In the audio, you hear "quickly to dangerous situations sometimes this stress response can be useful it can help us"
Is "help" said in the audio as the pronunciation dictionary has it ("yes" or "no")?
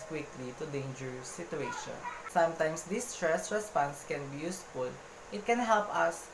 yes